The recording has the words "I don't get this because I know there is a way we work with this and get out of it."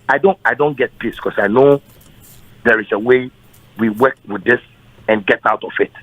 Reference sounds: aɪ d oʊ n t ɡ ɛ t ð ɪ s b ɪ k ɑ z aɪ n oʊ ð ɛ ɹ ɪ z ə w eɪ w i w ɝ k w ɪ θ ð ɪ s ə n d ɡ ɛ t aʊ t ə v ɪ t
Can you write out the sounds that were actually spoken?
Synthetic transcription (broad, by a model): aɪ d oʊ n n ɡ ɛ t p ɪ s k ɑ s aɪ n oʊ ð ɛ ɹ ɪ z ə w eɪ w i w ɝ k w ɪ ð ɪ s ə n ɡ ɛ t aʊ t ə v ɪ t